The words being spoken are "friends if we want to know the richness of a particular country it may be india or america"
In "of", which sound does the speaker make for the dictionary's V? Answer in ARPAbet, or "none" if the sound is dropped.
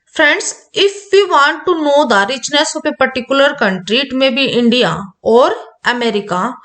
P